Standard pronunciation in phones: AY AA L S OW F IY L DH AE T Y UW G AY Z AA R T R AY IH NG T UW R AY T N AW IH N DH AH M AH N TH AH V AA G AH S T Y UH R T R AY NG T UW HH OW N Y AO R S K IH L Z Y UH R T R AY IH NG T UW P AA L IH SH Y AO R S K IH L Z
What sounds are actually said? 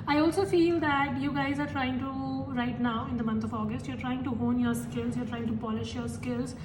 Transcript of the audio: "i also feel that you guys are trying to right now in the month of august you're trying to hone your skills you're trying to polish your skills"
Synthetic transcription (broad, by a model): AY AA L S OW F IY L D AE T Y UW G AY Z AA R T R AY IH NG T UW R AY T N AW IH N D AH M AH N T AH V AA G AH S T Y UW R T R AY NG T UW HH OW N Y AO R S K IH L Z Y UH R T R AY IH NG T UW P AA L IH SH Y AO R S K IH L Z